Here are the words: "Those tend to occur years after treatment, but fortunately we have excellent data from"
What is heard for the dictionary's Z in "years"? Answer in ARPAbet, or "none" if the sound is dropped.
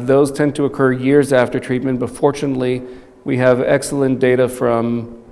Z